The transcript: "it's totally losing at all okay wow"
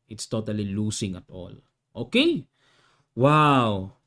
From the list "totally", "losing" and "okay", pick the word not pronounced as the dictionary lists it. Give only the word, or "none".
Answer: losing